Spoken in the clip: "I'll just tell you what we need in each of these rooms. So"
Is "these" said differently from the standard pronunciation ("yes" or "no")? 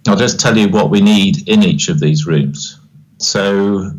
no